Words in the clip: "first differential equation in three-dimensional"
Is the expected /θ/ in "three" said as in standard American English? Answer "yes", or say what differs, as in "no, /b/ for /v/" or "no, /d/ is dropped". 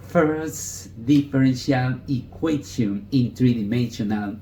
no, /t/ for /θ/